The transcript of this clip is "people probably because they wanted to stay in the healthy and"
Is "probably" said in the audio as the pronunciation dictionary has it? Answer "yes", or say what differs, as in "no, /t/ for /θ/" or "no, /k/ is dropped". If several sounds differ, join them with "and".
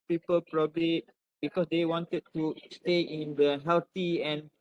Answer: yes